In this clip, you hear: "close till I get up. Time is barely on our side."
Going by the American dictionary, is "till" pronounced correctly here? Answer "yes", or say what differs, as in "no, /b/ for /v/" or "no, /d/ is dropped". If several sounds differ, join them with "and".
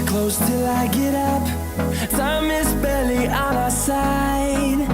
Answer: yes